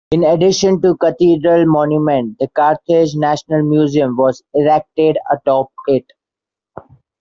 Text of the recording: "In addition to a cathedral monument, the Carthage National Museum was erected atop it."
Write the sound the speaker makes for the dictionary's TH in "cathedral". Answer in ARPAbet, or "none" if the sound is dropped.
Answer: T